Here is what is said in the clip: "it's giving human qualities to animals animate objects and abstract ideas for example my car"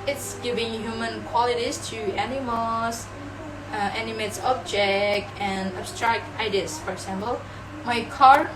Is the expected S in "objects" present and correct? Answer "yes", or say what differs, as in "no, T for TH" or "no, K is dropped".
no, S is dropped